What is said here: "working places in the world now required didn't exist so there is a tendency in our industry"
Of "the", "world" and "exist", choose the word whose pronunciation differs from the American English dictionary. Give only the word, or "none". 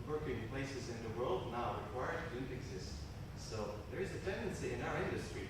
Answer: none